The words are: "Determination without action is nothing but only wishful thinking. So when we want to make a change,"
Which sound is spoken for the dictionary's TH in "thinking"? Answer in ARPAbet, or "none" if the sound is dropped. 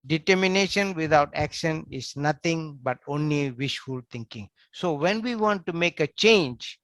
T